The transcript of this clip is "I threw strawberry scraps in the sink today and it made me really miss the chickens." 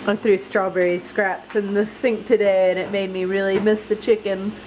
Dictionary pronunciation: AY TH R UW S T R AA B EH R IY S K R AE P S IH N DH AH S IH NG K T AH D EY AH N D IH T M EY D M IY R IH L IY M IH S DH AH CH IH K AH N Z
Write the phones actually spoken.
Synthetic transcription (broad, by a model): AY TH R UW S T R AA B EH R IY S K R AE P S IH N DH AH TH IH NG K T AH D EY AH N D IH T M EY D M IY R IH L IY M IH S DH AH CH IH K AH N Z